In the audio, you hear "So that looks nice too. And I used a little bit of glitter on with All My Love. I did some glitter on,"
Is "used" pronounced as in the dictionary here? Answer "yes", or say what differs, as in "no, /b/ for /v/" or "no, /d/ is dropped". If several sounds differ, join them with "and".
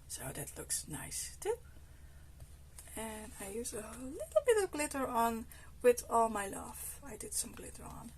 no, /d/ is dropped